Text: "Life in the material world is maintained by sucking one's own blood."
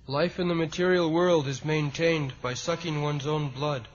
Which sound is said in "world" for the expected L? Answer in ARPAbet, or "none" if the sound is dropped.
L